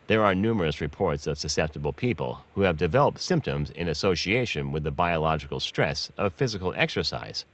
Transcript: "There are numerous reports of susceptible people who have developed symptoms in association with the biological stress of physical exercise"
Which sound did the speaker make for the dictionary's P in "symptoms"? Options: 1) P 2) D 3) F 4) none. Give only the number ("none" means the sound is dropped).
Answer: 1